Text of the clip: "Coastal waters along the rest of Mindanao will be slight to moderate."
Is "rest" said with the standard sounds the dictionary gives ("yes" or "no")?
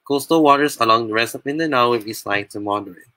no